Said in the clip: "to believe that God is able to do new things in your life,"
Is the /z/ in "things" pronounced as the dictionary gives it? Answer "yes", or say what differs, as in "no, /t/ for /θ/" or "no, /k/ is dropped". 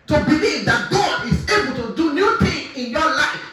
no, /z/ is dropped